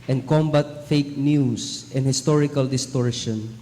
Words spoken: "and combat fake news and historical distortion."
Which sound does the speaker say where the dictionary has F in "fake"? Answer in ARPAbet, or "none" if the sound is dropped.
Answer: F